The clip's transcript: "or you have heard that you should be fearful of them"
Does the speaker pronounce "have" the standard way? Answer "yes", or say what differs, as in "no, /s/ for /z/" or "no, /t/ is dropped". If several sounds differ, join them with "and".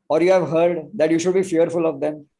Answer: yes